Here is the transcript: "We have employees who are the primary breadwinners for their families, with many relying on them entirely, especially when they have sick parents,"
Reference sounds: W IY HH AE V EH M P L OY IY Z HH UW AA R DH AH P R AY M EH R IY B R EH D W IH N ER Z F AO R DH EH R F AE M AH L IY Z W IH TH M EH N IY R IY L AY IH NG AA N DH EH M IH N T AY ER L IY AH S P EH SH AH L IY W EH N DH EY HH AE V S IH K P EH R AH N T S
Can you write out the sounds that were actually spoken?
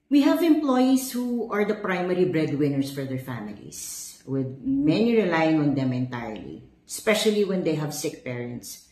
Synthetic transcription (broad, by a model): W IY HH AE V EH M P L OY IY S HH UW AA R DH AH P R AY M EH R IY B R EH D W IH N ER S F AO R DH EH R F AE M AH L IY S W IH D M EH N IY R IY L AY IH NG AA N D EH M IH N T AY ER L IY S P EH SH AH L IY W EH N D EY HH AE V S IH K P EH R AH N T S